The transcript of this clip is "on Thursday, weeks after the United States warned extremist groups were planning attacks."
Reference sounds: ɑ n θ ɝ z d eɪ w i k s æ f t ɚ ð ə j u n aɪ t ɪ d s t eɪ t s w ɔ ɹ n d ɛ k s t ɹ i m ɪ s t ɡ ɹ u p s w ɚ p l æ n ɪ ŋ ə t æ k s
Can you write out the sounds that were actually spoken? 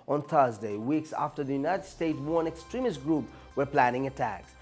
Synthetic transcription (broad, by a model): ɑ n θ ɝ z d eɪ w i k s æ f t ɚ ð ə j u n aɪ t ɪ d s t eɪ t s w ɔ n ɛ k s t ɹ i m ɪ s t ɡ ɹ u p w ɚ p l æ n ɪ ŋ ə t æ k s